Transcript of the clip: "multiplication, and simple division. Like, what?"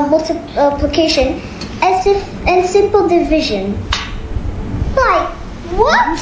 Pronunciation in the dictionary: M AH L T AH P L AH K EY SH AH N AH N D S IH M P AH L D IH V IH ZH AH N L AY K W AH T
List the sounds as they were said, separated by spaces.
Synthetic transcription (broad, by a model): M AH L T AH P L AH K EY SH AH N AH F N S IH M P AH L D IH V IH ZH AH N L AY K W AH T